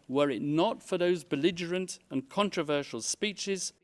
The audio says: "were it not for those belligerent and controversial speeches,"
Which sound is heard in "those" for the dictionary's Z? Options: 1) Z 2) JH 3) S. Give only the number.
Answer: 1